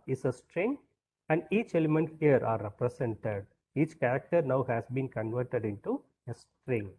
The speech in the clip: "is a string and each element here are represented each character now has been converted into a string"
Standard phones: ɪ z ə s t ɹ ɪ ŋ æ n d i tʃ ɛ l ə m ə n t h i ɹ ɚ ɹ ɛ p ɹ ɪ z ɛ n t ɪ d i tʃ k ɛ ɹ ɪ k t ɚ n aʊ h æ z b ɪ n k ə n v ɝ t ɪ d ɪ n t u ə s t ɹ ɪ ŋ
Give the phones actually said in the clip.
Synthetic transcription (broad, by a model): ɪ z ə s t ɹ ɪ ŋ æ n d i tʃ ɛ l ə m ə n t h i ɹ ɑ ɹ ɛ p ɹ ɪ s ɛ n t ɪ d i tʃ k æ ɹ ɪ k t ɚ n aʊ h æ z b ɪ n k ə n v ɝ t ɪ d ɪ n t u ə s t ɹ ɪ ŋ